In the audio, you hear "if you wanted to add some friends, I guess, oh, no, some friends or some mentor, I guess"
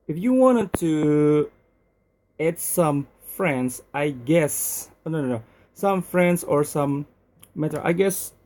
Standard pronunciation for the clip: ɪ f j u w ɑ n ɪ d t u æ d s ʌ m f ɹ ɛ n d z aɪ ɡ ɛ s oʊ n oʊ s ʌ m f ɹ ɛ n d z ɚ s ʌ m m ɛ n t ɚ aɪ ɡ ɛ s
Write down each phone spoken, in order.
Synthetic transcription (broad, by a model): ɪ f j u w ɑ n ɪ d t u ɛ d s ʌ m f ɹ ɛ n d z aɪ ɡ ɛ s oʊ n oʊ s ʌ m f ɹ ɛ n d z ɚ s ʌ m m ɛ t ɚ aɪ ɡ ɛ s